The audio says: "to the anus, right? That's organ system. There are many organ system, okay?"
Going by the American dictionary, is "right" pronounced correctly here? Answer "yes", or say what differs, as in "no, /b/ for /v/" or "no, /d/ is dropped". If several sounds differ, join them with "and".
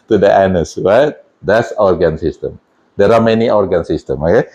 no, /w/ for /ɹ/